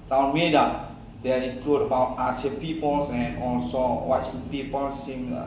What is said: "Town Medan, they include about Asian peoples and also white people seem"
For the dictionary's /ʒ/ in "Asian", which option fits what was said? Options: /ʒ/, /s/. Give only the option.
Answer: /s/